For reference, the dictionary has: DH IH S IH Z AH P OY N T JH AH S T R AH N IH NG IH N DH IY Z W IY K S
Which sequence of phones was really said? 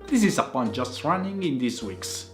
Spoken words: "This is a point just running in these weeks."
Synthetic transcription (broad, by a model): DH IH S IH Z AH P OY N JH AH S T R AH N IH NG IH N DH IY S W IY K S